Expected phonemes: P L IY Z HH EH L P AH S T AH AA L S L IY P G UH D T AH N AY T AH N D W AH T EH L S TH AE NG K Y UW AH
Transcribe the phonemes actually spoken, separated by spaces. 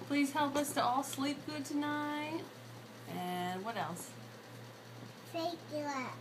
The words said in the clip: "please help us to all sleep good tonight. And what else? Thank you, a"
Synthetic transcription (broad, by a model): P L IY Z HH EH L P AH S T AH AA L S L IY P G UH D T AH N AY T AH N W AH T EH L S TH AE K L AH